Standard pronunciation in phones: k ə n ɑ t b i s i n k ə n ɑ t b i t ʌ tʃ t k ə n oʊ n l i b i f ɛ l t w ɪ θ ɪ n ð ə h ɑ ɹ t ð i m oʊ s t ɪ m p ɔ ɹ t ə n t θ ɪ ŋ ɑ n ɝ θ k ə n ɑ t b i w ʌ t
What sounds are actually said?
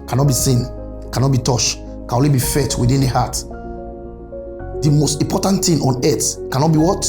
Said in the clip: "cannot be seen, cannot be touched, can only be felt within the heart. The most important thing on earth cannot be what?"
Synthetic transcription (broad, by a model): k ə n ɑ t b i s i n k ə n ɑ t b i t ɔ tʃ k ə n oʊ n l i b i f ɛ t w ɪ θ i n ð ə h ɑ t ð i m oʊ s t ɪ m p ɔ t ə n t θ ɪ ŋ ɑ n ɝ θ k ə n ɑ t b i w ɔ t